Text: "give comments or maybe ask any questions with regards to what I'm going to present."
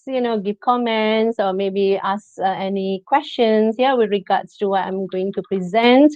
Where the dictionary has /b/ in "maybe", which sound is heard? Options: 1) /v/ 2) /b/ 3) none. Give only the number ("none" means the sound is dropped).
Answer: 2